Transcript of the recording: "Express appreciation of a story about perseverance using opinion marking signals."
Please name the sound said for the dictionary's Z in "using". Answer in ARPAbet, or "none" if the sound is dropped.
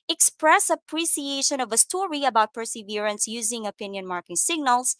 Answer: Z